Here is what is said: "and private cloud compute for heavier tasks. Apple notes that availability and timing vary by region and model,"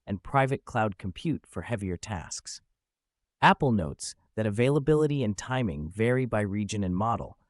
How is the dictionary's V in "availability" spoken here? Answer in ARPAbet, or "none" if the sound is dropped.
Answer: V